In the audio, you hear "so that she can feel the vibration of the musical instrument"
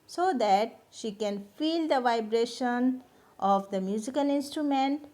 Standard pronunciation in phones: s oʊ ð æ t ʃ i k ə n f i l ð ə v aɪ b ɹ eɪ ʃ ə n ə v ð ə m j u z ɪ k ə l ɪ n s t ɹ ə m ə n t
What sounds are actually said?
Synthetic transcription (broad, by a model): s oʊ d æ t ʃ i k ə n f i l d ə v aɪ b ɹ eɪ ʃ ə n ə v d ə m j u z ɪ k ə l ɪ n s t ɹ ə m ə n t